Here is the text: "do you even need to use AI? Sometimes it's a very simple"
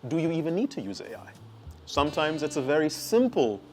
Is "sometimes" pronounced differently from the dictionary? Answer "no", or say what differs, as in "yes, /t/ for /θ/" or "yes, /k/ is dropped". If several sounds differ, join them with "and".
no